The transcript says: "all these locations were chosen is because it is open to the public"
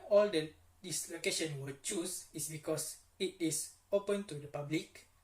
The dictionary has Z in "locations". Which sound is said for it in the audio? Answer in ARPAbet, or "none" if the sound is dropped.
none